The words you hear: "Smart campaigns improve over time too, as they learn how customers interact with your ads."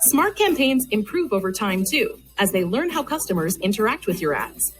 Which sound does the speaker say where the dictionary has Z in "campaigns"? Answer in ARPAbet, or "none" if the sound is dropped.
Z